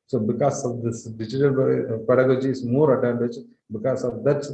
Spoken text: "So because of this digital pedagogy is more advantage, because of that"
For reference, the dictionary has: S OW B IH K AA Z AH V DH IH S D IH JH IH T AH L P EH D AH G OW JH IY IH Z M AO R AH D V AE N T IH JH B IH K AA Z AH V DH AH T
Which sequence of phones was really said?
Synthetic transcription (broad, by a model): S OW B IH K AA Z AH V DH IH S D IH JH IH T AH L P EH D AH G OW JH IY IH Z M AO R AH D AE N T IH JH B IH K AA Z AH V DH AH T